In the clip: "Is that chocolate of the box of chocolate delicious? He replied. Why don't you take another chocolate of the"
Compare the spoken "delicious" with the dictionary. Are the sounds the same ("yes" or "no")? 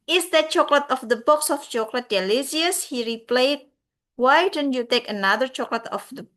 no